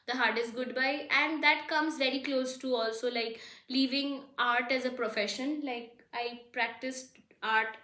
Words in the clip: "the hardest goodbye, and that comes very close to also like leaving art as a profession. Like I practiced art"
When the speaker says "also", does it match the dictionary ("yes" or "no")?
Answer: yes